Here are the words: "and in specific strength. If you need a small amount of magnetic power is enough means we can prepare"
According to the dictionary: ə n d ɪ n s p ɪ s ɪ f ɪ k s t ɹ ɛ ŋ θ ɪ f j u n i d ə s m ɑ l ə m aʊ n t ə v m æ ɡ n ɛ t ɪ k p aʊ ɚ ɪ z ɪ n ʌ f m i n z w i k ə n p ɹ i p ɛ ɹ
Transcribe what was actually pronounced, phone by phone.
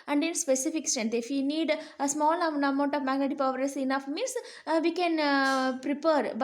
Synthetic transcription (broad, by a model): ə n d ɪ n s p ɪ s ɪ f ɪ k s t ɛ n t ɪ f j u n i d ə s m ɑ l ə m aʊ n t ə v m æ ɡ ɛ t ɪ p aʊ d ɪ s ɪ n ʌ f m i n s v i k ə n p ɹ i p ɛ ɹ